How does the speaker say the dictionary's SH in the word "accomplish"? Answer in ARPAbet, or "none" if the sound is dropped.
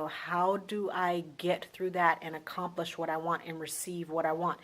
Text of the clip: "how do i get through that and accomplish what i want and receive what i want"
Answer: SH